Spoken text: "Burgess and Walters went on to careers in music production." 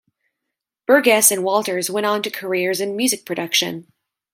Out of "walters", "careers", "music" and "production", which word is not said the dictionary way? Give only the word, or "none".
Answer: none